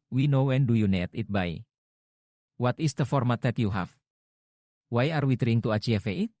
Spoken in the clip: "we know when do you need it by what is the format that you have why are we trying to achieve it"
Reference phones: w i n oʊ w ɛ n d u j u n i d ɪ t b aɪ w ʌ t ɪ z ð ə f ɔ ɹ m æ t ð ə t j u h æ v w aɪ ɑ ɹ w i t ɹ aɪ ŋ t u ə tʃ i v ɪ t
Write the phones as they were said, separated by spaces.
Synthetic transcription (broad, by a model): w i n oʊ w ɛ n d u j u n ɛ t ɪ t b aɪ w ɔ t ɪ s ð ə f ɔ ɹ m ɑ t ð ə t j u h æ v w aɪ ɑ ɹ w i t ɹ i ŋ t u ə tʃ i f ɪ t